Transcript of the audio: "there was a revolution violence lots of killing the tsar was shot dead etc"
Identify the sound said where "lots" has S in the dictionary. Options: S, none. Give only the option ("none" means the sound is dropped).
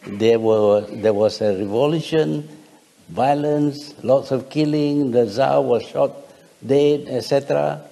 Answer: S